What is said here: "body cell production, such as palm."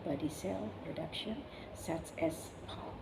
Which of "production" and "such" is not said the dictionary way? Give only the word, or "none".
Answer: such